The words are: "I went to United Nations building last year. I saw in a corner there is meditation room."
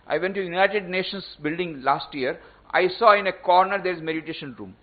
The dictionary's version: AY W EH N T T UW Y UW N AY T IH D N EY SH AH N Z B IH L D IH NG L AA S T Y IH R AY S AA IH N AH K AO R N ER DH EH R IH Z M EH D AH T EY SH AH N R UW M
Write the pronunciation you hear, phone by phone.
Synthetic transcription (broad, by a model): AY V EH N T T UW Y UW N AY T IH D N EY SH AH N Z B IH L D IH NG L AA S T Y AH R AY S AA IH N AH K AO R N ER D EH R IH Z M EH D AH T EY SH AH N R UW M